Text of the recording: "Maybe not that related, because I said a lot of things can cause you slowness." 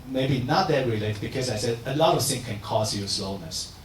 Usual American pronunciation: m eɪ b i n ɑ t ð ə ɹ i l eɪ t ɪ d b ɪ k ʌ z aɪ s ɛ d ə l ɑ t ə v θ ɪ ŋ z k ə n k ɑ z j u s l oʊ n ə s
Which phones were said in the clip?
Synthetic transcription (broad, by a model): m eɪ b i n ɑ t ð ə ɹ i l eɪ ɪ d b ɪ k ʌ z aɪ s ɛ d ə l ɑ t ə v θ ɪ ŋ k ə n k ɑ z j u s l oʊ n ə s